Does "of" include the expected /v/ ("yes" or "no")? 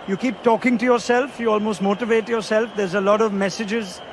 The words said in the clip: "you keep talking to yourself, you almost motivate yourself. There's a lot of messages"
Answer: yes